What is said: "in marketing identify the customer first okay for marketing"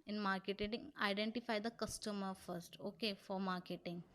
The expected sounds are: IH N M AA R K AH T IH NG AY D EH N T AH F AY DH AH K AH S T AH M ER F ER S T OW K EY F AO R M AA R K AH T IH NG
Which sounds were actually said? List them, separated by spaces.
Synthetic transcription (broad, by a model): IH N M AA R K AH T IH NG AY D EH N T AH F AY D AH K AH S T AH M ER F ER S T OW K EY F AO R M AA R K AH T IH NG